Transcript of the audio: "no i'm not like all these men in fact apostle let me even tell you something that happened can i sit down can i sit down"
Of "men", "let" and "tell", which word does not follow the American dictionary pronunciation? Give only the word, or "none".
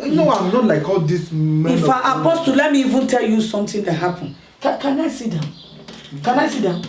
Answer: men